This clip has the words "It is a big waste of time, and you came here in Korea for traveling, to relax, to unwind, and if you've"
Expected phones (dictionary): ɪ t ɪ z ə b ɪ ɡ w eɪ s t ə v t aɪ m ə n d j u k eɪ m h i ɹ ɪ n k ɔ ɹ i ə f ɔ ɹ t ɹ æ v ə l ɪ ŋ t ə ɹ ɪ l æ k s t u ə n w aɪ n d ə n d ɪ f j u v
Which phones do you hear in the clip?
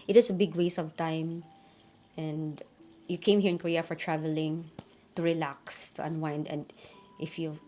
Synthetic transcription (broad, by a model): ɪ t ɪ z ə b ɪ ɡ w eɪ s ə v t aɪ m ə n d j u k eɪ m h i ɹ ɪ n k ɔ ɹ i ə f ɔ ɹ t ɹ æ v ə l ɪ ŋ t ə ɹ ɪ l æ k s t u ə n w aɪ n d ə n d ɪ f j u